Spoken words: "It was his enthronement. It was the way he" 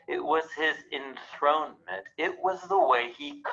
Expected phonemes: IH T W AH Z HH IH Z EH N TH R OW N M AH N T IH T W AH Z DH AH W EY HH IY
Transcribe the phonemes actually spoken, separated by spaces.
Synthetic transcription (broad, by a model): IH T W AH Z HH IH Z EH N TH R OW N M AH N T IH T W AH Z DH AH W EY IY